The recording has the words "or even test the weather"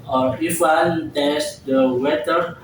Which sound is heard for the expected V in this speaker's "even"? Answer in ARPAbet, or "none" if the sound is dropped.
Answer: W